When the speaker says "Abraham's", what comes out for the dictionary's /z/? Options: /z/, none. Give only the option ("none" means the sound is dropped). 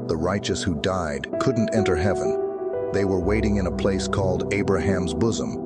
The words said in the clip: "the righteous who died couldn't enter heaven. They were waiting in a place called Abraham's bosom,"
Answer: /z/